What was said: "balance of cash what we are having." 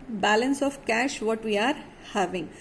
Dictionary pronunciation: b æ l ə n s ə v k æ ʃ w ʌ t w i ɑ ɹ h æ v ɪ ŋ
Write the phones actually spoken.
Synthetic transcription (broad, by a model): b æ l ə n s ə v k æ ʃ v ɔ t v i ɑ ɹ h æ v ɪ ŋ